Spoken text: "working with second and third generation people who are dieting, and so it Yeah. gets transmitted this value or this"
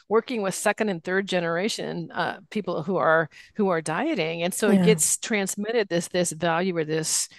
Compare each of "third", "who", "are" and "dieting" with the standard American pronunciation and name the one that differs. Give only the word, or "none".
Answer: none